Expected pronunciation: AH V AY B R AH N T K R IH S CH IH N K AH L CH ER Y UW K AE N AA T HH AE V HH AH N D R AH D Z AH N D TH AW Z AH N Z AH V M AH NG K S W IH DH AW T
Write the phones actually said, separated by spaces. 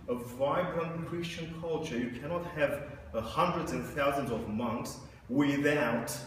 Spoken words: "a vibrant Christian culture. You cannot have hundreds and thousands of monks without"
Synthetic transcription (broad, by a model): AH V AY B R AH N K R IH S CH IH N K AH L CH ER Y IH K AE N AA T HH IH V HH AH N D R AH D Z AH N TH AW Z AH N Z AH V M AH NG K S W IH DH AW T